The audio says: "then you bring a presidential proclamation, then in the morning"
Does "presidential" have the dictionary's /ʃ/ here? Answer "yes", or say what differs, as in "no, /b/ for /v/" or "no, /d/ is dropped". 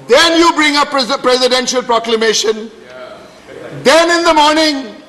yes